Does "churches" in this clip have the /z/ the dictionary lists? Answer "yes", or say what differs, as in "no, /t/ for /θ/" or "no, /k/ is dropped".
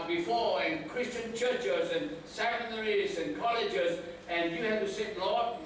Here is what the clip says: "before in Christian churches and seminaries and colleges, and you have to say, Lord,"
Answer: yes